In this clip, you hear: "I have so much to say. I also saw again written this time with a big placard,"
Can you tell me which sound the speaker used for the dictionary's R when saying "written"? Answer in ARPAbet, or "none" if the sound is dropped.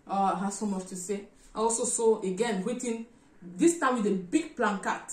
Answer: W